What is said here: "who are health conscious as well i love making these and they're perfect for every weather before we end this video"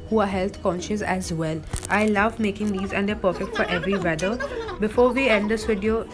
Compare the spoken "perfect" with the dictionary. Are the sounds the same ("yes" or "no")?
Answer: yes